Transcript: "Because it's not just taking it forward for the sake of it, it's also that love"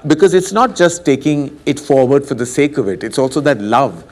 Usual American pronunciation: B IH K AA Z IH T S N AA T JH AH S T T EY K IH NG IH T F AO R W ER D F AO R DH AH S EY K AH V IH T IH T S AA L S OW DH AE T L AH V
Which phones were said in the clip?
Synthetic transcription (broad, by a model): B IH K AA Z IH T S N AA T JH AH S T T EY K IH NG IH T F AO R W ER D F AO R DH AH S EY K AH V IH T IH T S AA L S OW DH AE T L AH V